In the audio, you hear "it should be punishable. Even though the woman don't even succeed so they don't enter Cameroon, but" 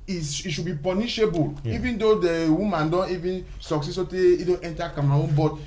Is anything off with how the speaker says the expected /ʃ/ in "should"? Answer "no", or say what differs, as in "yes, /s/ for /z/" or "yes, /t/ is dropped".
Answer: yes, /s/ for /ʃ/